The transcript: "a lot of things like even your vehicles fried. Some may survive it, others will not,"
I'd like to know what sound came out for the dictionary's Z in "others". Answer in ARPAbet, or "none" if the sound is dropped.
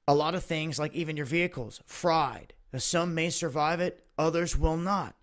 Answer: Z